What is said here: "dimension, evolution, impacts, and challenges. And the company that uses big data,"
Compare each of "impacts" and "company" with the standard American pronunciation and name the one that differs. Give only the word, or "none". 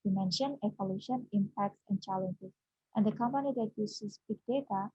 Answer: none